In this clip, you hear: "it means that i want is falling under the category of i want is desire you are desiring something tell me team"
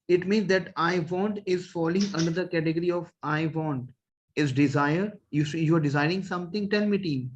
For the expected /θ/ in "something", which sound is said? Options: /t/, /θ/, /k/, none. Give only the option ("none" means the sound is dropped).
/t/